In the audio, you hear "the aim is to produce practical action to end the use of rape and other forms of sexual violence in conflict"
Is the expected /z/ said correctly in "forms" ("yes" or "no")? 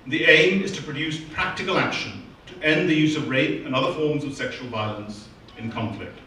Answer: yes